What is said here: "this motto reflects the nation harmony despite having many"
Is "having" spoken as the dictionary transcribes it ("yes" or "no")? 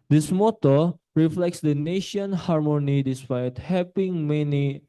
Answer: no